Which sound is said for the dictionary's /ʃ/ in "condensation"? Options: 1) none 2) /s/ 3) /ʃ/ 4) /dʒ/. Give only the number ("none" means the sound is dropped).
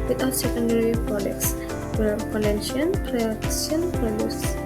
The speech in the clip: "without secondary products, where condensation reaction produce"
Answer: 1